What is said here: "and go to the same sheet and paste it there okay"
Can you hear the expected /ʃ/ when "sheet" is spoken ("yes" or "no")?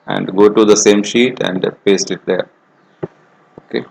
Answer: yes